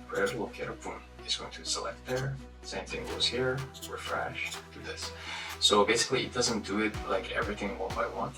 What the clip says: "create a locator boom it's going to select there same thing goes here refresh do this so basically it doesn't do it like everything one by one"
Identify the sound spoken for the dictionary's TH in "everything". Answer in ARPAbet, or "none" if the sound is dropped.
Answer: TH